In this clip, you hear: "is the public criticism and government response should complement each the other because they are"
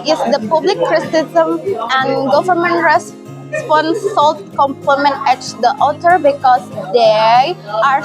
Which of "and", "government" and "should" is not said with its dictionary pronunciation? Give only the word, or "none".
should